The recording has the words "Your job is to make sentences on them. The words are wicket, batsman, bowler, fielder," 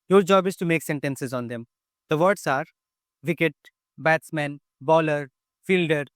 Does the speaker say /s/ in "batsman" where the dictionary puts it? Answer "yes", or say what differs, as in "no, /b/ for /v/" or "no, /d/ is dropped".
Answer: yes